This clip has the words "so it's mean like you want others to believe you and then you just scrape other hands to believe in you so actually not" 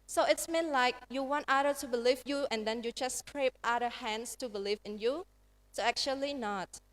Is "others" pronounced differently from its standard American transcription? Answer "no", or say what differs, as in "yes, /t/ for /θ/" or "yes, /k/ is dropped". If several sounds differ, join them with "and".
yes, /z/ is dropped